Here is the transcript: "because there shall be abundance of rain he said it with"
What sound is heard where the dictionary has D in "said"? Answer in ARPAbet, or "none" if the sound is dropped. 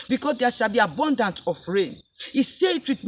none